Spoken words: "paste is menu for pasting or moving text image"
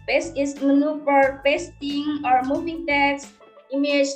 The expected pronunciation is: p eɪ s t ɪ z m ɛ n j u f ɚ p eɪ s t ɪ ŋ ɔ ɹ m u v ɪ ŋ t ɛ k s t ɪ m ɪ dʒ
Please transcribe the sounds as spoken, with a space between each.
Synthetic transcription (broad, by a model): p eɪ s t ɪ s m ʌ n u p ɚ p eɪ s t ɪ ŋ ɔ ɹ m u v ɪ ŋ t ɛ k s ɪ m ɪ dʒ